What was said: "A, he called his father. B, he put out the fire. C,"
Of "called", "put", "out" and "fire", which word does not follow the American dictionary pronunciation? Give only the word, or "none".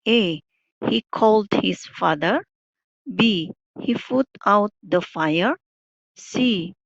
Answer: put